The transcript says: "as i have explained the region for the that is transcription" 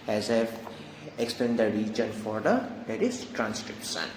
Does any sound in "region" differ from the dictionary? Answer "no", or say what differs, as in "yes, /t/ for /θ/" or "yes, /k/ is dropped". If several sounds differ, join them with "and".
no